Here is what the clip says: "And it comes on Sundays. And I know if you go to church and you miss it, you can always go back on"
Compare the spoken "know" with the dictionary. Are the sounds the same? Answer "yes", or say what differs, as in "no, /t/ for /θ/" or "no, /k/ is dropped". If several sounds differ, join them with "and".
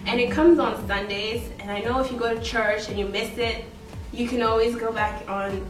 yes